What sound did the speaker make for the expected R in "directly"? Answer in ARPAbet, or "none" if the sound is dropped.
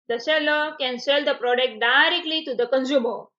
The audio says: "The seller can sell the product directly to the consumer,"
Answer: R